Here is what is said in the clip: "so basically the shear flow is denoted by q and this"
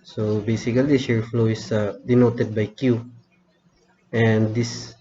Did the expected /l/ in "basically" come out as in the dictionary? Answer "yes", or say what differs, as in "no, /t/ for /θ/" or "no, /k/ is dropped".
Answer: no, /l/ is dropped